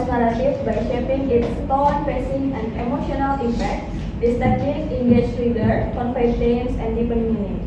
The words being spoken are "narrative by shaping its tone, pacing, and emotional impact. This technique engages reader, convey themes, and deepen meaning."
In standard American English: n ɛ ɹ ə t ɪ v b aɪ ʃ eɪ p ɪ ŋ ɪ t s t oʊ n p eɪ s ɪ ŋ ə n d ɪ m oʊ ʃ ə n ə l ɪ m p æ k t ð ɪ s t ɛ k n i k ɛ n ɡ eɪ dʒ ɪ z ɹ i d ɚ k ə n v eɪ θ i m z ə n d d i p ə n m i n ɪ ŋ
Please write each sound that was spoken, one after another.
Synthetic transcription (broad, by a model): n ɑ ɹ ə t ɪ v b aɪ ʃ eɪ p ɪ ŋ ɪ t s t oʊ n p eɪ s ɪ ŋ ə n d ɪ m oʊ ʃ ə n ə l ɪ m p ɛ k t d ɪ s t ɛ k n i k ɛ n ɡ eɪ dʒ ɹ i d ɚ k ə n f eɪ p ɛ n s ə n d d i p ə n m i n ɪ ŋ